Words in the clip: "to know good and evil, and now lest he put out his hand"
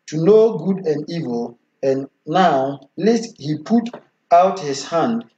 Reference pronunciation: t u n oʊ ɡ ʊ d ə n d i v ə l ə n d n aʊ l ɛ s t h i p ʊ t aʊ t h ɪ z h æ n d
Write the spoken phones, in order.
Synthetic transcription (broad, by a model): t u n oʊ ɡ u d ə n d i v ə l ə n n aʊ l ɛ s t h i p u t aʊ t h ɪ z h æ n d